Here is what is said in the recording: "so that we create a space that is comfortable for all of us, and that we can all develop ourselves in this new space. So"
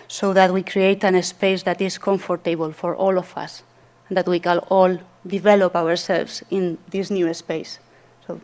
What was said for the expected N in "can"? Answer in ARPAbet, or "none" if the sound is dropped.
L